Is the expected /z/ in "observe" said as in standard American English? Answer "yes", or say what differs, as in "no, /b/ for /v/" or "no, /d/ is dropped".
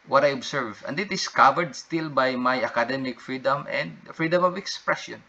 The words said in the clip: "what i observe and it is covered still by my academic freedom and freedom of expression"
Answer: no, /s/ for /z/